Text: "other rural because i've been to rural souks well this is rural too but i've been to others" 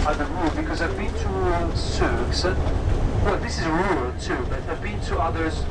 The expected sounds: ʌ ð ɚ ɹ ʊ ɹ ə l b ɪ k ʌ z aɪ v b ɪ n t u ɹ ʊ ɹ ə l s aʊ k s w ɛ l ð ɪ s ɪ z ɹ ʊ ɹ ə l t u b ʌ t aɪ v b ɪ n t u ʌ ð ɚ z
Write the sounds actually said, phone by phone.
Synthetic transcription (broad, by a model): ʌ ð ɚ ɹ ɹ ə b ɪ k ʌ z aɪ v b ɪ n t u s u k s w ɛ l ð ɪ s ɪ z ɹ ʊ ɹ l t u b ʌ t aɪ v b ɪ n t u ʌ ð ɚ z